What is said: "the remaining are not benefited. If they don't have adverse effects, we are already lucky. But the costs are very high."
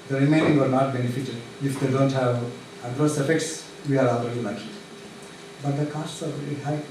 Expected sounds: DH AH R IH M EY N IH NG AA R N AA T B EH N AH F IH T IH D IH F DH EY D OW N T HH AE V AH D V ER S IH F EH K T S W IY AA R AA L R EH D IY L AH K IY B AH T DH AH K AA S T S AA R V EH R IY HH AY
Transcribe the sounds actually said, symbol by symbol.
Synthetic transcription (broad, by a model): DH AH R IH M EY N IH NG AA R N AA T B EH N AH F IH T IH D IH F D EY D OW N T HH AE V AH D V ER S IH F EH K T S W IY AA R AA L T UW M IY N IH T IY B AH T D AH K AA S T S AA R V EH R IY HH AY